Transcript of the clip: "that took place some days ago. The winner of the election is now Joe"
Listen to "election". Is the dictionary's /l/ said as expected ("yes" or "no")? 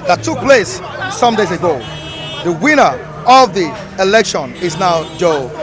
yes